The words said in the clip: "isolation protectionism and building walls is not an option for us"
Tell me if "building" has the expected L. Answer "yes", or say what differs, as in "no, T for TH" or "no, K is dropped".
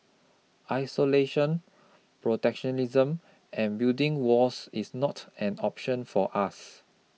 no, L is dropped